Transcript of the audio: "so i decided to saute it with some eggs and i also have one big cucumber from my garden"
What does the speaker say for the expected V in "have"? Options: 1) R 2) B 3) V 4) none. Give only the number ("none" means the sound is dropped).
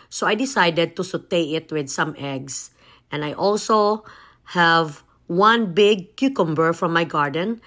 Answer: 3